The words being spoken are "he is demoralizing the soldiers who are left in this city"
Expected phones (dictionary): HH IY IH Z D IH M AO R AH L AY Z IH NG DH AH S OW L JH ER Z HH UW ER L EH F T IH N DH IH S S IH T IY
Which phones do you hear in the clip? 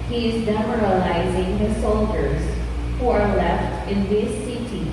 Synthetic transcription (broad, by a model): HH IY IH Z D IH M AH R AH L AY Z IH NG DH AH S OW L JH ER Z HH UW ER L EH F T IH N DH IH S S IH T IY